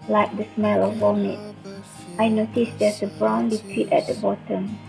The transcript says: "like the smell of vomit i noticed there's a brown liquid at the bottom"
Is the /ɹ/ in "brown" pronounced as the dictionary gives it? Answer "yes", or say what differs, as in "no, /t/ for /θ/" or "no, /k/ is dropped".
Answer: yes